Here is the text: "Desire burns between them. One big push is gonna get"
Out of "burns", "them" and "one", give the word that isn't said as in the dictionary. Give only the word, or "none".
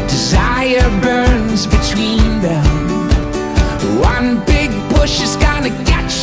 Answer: none